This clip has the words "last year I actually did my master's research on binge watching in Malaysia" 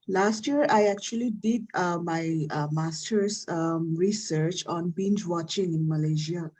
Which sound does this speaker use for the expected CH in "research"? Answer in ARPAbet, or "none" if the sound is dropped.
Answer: CH